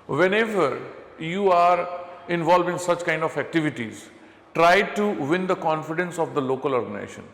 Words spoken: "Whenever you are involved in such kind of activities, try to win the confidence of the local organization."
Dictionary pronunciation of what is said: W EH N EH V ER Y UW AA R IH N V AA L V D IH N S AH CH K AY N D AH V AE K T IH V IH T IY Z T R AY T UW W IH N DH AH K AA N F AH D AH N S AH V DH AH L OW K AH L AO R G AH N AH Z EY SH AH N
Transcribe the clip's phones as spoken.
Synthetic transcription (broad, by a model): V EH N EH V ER Y UW AA R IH N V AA L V IH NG S AH CH K AY N D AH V AE K T IH V IH T IY Z T R AY T UW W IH N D AH K AA N F AH D AH N S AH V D AH L OW K AH L AO R G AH N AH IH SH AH N